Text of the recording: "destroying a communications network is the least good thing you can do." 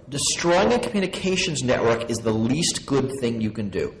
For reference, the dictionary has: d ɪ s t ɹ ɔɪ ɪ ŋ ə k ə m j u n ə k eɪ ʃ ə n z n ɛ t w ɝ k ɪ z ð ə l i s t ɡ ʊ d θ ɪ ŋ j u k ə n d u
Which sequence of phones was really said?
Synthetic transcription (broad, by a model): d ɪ s t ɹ ɔɪ ɪ ŋ ə k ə m j u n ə k eɪ ʃ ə n z n ɛ t w ɝ k ɪ z ð ə l i s t ɡ ʊ d θ ɪ ŋ j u k ə n d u